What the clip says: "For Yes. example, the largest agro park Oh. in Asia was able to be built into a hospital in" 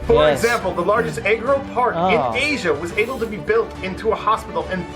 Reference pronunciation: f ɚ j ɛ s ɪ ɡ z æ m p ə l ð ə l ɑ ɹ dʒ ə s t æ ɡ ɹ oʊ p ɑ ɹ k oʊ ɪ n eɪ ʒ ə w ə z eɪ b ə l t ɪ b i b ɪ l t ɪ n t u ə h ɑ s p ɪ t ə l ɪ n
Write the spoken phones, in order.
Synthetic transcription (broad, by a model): f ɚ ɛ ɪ ɡ z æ m p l ð ə l ɑ ɹ dʒ ə s t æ ɡ ɹ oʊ p ɑ ɹ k ɪ n eɪ ʒ ə w ə z eɪ b l t ɪ b i b ɪ l t ɪ n t u ə h ɑ s p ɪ t l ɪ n